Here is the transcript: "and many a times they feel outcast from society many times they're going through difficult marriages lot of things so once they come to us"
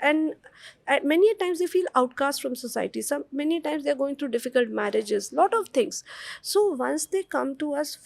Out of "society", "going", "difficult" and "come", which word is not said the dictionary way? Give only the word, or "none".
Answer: society